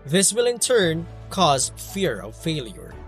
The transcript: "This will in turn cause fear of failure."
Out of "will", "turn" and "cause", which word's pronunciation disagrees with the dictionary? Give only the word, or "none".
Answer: none